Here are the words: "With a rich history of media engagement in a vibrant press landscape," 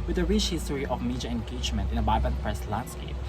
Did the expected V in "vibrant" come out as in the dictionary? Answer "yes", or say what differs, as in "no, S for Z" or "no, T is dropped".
no, B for V